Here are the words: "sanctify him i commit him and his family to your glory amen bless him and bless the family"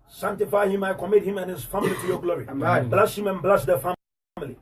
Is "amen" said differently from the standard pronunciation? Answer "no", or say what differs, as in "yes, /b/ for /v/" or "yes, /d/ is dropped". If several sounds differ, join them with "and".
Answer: yes, /m/ is dropped